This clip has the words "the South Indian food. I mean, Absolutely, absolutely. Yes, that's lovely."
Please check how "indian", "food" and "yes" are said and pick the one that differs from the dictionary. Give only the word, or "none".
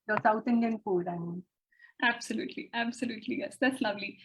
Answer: food